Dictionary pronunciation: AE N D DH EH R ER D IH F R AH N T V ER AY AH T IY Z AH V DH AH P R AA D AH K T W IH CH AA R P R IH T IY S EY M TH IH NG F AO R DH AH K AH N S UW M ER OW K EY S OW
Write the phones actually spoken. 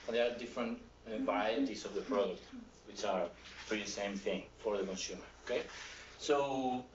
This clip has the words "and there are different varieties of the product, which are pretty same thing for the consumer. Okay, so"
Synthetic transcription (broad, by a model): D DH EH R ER D IH F R AH N T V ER AY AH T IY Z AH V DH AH P R AA D AH K T W IH CH AA R F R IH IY S EY M TH IH NG F AO R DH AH K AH N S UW M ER OW K EY S OW